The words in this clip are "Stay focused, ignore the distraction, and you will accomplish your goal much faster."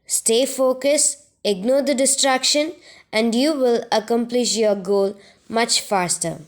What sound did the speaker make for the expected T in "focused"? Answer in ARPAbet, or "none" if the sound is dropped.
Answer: none